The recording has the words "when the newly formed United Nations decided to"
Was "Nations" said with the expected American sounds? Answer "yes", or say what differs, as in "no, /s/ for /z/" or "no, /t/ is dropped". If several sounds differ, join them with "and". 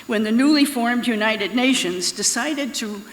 yes